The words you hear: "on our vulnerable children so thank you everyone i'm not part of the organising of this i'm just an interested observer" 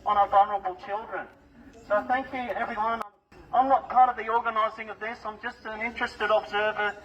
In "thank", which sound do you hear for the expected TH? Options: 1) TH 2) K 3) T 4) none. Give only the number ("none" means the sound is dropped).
1